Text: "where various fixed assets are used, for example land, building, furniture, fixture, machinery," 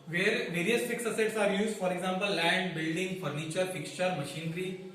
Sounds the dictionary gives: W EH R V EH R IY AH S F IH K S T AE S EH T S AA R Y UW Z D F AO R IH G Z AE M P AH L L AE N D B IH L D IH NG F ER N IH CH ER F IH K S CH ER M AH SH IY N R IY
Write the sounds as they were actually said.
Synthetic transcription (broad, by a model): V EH R V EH R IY AH S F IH K S AH S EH T S AA R Y UW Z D F AO R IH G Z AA M P AH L L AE N D B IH L D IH NG F ER N IH CH ER F IH K S CH ER M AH SH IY N R IY